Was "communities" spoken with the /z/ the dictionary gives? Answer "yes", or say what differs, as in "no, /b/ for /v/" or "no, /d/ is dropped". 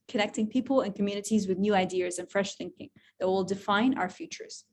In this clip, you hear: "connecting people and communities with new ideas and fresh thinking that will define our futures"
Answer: yes